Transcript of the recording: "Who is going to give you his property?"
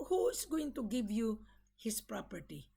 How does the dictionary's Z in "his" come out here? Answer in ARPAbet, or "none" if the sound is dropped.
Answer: S